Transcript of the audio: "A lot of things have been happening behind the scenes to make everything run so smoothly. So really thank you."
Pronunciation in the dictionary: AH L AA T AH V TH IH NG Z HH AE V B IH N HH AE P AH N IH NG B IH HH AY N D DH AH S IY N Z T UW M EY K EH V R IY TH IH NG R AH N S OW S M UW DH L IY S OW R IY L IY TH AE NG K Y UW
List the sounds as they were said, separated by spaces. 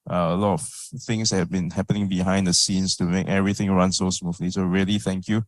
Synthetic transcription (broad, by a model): AH L AA T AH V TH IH NG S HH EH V B IH N HH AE P AH N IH NG B IH HH AY N D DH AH S IY N S T UW M EY K EH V R IY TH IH NG R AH N S OW S M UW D L IY S OW R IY L IY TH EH NG K Y UW